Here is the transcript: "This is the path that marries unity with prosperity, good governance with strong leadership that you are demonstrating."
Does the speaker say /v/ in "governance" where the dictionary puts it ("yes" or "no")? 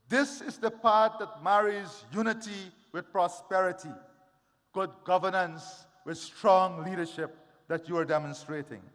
yes